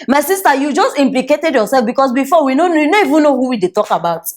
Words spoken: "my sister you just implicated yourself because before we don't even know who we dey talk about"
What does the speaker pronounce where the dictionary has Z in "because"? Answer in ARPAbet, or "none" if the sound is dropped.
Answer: S